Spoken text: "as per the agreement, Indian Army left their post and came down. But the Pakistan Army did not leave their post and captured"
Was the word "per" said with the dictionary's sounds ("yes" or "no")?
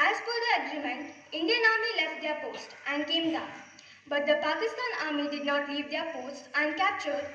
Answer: no